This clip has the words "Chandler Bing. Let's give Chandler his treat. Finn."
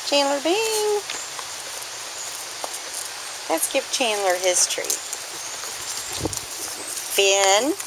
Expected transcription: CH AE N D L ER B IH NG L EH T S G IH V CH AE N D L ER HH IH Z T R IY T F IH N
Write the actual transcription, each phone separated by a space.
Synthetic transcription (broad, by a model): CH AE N L ER B IH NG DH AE T S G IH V CH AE N L ER HH IH S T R IY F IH N